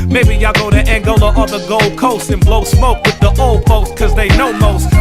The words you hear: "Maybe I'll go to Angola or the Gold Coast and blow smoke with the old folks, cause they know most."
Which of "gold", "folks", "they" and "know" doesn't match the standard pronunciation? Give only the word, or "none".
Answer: folks